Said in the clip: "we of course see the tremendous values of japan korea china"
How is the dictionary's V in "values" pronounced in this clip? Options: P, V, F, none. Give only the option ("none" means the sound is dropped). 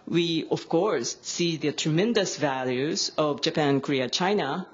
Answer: V